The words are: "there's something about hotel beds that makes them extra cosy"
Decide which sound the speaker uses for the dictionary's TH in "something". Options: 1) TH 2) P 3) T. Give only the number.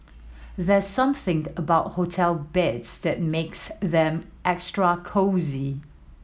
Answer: 1